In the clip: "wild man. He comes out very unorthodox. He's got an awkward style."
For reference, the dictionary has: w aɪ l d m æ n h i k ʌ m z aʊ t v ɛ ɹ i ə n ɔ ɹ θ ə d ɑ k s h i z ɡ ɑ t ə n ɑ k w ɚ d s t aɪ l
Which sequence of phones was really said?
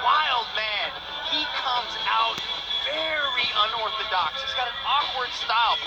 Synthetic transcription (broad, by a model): w aɪ l d m æ n h i k ʌ m z aʊ t v ɛ ɹ i ə n ɔ ɹ θ ə d ɑ k s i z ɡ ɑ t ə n ɑ k w ɚ d s t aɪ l